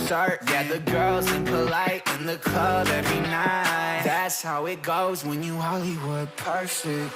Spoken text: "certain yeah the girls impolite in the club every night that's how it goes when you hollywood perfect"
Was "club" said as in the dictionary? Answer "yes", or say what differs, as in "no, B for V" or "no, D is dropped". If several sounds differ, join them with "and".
no, L is dropped